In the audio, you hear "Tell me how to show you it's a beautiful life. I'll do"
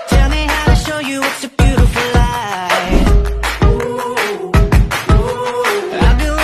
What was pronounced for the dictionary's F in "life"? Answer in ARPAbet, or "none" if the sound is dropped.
none